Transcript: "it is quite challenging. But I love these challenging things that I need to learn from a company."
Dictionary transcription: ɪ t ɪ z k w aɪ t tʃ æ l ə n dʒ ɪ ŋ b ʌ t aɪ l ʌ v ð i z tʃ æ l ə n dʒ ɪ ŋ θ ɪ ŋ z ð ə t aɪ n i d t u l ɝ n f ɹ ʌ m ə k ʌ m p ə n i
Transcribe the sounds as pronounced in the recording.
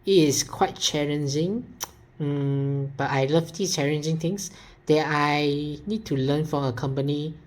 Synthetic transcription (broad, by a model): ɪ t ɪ s k w aɪ t tʃ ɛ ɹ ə n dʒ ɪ ŋ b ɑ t aɪ l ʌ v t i tʃ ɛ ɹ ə n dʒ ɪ ŋ t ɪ ŋ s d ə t aɪ n i d t u l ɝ n f ɹ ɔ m ə k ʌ m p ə n i